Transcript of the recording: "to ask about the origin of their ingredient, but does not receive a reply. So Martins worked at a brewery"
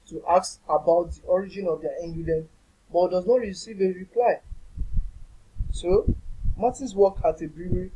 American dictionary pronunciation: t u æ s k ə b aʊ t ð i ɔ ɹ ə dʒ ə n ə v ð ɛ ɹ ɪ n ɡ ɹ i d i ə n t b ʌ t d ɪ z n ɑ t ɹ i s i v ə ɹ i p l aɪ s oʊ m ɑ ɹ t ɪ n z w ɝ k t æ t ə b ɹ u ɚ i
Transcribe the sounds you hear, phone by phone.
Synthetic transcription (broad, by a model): t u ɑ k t ə b aʊ t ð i ɔ ɹ ə dʒ ə n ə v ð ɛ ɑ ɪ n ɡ i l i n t b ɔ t d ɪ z n ɑ t ɹ i s i v ə ɹ i p l aɪ s oʊ m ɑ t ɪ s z w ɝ k ɑ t ə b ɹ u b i